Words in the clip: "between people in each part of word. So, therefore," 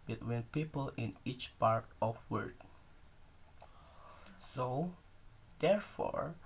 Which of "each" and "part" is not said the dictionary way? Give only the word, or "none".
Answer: none